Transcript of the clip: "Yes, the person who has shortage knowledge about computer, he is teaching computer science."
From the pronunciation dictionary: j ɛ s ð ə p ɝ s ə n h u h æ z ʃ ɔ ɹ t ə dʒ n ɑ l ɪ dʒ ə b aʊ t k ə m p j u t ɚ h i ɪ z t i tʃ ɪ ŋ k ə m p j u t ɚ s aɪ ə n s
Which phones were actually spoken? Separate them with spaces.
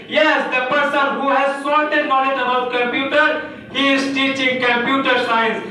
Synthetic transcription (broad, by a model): j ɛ s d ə p ɝ s ə n h u h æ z s ɔ l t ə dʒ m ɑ n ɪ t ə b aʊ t k ə m p j u t ɚ h i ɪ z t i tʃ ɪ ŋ k ə m p j u t ɚ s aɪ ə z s